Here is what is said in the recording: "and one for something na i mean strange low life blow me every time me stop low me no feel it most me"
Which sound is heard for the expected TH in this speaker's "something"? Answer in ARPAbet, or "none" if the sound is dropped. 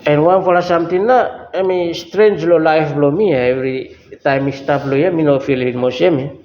T